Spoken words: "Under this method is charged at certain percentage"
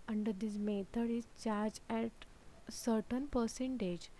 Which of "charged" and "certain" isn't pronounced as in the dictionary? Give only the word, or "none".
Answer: charged